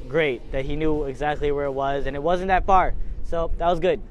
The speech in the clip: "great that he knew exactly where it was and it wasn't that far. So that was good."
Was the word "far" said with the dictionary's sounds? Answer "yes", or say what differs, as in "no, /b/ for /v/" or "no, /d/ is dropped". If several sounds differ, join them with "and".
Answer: no, /p/ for /f/